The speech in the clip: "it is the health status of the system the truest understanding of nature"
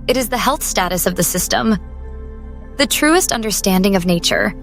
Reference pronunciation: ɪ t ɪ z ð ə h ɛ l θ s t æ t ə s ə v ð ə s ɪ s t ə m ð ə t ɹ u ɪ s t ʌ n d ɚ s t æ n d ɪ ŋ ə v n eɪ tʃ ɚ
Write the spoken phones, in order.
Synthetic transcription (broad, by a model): ɪ t ɪ z ð ə h ɛ l θ s t æ t ə s ə v ð ə s ɪ s t ə m ð ə t ɹ u ɪ s t ʌ n d ɚ s t æ n d ɪ ŋ ə v n eɪ tʃ ɚ